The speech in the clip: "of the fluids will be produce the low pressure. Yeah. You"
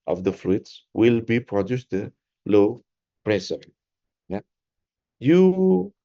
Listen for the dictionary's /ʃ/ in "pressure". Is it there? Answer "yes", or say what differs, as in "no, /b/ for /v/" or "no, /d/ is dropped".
no, /s/ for /ʃ/